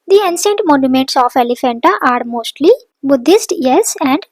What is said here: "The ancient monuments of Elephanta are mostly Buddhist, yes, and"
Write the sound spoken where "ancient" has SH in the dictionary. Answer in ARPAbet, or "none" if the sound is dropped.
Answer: S